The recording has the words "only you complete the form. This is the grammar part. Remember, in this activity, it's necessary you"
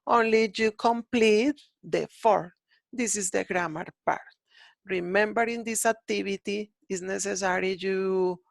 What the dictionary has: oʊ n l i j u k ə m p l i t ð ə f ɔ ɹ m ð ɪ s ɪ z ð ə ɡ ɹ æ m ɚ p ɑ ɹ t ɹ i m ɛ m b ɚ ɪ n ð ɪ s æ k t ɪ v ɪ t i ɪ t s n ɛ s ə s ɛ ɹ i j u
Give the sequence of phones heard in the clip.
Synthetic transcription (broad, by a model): oʊ n l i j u k ə m p l i t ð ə f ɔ ɹ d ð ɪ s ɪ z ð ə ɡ ɹ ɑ m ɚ p ɑ ɹ t ɹ i m ɛ m b ɚ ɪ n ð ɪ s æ k t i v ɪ t i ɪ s n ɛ s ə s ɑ ɹ i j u